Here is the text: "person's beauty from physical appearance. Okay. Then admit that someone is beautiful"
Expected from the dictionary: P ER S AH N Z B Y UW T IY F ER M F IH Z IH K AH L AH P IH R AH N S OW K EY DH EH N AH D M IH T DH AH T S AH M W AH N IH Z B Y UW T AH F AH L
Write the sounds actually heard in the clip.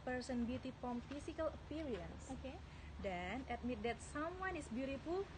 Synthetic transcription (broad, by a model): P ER S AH N B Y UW T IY P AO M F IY S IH K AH L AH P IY R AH N S OW K EY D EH N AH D M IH T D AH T S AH M W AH N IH S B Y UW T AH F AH L